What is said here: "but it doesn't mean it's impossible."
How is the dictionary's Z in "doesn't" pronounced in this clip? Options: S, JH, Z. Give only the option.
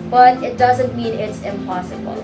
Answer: Z